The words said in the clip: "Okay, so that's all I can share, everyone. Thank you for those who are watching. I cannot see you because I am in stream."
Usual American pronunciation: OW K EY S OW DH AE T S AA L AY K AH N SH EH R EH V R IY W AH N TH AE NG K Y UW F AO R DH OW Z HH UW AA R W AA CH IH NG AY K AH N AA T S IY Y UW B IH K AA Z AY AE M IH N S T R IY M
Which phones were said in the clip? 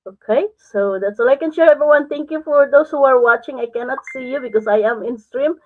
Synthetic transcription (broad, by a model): OW K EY S OW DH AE T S AA L AY K AH N SH EH R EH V R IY W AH N T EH NG K Y UW F AO R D OW S HH UW AA R W AA CH IH NG AY K AH N AA T S IY Y UW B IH K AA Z AY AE M IH N S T R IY M